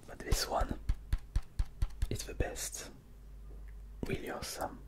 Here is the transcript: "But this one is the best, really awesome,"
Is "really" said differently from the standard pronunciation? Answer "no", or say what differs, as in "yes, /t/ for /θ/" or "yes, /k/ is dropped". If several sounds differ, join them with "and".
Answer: yes, /w/ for /ɹ/